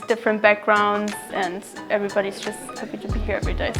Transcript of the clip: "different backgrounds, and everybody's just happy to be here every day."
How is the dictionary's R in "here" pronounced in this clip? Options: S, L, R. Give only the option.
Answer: R